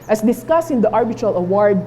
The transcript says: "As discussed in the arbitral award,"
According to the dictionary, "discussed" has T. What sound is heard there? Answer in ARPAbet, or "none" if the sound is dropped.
none